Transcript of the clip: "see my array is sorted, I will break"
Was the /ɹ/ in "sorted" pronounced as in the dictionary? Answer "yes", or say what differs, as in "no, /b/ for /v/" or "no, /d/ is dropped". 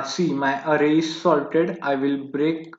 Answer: no, /l/ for /ɹ/